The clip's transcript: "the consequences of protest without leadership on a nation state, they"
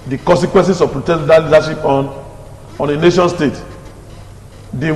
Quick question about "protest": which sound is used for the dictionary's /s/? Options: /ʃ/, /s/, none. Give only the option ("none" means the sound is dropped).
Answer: none